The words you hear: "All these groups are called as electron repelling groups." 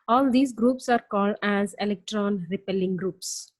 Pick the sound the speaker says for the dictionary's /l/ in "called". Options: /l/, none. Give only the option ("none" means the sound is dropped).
/l/